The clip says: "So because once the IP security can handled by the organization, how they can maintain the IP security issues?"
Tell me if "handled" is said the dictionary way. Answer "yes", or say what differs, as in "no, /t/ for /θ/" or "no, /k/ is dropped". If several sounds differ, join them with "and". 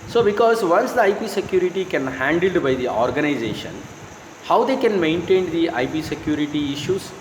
yes